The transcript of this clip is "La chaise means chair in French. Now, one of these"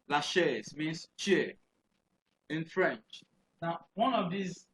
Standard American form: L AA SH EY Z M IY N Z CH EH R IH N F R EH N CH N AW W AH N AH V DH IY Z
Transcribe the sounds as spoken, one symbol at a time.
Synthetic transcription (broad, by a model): L AA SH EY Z M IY N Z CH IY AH IH N F R EH N CH N AW W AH N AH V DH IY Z